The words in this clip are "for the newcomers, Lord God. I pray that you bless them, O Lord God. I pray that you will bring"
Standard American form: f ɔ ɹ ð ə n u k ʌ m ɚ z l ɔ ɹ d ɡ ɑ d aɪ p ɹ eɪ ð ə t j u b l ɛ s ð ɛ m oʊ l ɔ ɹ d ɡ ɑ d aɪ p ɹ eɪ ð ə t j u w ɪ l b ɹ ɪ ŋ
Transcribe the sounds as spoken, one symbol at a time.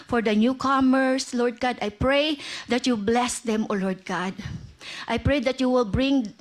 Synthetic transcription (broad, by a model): f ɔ ɹ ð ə n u k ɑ m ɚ s l ɔ ɹ d ɡ ɑ d aɪ p ɹ eɪ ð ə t j u b l ɛ s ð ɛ m oʊ l ɔ ɹ d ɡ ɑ d aɪ p ɹ eɪ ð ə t j u w ɪ l b ɹ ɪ ŋ